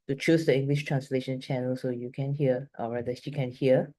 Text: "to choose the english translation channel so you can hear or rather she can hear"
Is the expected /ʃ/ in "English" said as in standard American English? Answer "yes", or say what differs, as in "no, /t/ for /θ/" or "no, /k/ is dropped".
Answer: yes